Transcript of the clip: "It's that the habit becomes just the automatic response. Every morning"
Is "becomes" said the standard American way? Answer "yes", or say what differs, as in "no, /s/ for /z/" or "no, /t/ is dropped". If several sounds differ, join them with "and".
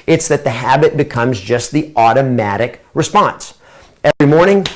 yes